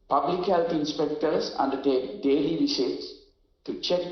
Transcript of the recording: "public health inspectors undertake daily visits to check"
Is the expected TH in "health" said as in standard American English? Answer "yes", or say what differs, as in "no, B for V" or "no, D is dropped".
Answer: no, T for TH